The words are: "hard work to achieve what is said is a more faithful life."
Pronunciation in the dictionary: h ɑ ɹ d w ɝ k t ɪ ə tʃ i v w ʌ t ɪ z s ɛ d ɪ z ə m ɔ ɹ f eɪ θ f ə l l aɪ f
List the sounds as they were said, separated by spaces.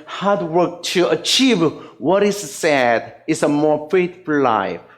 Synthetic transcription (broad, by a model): h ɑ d w ɝ k t ɪ ə tʃ i v w ʌ t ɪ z s ɛ d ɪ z ə m ɔ ɹ f eɪ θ f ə l l aɪ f